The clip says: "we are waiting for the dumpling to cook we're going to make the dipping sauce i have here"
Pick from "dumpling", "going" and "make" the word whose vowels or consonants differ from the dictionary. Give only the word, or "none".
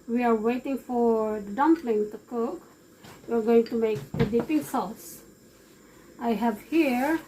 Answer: none